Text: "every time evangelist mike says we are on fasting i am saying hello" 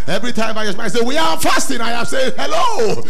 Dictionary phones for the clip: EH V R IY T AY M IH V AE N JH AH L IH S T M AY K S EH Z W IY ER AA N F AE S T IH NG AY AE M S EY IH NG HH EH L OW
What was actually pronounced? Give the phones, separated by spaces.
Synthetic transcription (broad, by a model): EH V R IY T AY M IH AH IH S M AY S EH W IY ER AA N F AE S T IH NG AY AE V S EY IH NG HH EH L OW